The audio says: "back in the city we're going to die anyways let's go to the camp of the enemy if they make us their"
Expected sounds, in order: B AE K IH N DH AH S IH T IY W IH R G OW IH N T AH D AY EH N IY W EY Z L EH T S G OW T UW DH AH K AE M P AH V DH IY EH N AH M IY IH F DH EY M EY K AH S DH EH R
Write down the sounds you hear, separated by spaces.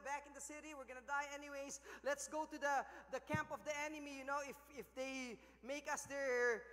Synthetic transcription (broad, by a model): B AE K IH N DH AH S IH T IY W IH R G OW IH N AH D AY EH N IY W EY S L EH T S G OW T UW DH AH K AE M P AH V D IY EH N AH M IY IH F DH EY M EY K AH S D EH R